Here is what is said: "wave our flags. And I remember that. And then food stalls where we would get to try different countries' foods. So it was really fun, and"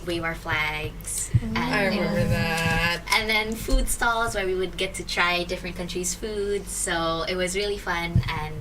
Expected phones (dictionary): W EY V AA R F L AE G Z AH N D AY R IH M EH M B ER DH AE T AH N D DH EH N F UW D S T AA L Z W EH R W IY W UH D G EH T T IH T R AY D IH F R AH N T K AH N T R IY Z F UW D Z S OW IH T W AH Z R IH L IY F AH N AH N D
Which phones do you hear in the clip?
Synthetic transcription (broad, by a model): W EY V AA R F L AE G Z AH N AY W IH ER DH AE T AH N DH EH N F UW D S T AA L Z W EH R W IY W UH D G EH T T IH T R AY D IH F R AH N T K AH N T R IY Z F UW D S OW IH T W AH Z R IH L IY F AH N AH N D